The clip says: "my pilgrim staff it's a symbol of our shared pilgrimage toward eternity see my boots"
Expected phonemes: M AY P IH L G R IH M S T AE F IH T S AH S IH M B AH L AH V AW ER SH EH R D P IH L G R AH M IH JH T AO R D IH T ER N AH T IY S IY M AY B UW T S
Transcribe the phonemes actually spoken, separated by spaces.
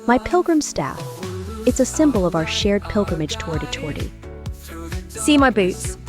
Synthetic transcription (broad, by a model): M AY P IH L G R IH M S T AE F IH T S AH S IH M B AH L AH V AW ER SH EH R D P IH L G R AH M IH JH T AO R D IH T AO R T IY S IY M AY B UW T S